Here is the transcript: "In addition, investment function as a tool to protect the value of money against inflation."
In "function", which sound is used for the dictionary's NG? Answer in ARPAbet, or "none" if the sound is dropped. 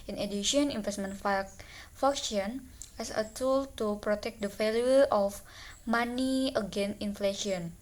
none